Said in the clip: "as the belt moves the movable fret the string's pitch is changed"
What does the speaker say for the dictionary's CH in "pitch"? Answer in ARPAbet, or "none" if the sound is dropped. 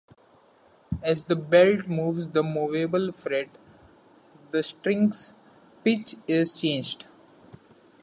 CH